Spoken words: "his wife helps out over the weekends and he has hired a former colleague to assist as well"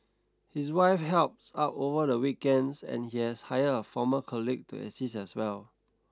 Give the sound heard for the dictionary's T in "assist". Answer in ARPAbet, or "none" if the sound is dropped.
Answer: none